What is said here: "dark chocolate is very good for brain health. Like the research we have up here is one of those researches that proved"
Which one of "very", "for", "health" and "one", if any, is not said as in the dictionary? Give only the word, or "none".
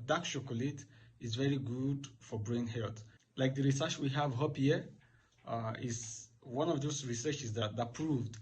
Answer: health